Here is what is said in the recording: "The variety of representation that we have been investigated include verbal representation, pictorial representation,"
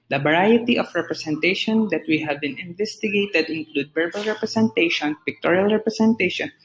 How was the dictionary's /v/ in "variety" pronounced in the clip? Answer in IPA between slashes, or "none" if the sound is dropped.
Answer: /b/